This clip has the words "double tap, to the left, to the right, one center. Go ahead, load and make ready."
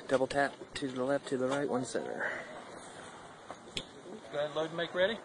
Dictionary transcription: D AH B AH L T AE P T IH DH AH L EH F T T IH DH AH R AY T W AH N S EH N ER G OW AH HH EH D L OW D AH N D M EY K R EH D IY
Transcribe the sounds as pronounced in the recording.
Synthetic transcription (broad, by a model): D AH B L T AE P T IH DH AH L EH F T T IH DH AH R AY T W AH N S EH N ER G OW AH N L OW AH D M EY K R EH D IY